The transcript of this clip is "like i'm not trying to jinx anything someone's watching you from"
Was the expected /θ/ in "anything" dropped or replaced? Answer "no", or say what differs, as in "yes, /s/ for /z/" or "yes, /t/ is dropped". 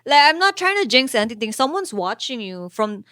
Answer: yes, /t/ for /θ/